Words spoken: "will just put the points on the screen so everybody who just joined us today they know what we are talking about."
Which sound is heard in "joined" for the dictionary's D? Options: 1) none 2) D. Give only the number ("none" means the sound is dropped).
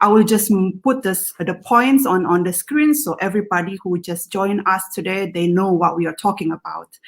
1